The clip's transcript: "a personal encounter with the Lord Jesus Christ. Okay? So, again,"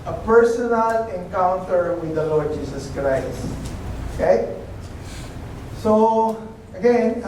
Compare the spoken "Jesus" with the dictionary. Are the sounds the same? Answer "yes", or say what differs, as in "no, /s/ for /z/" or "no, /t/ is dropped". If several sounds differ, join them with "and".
no, /s/ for /z/